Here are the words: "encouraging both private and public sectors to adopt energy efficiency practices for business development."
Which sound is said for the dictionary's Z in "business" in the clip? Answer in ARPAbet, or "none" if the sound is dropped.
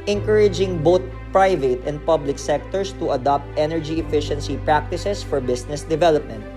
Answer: S